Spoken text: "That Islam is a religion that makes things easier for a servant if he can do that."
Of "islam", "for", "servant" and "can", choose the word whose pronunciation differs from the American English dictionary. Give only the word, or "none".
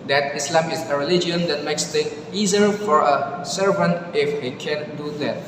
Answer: none